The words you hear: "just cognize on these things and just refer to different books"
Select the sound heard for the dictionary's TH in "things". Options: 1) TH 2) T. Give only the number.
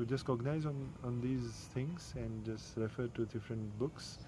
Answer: 2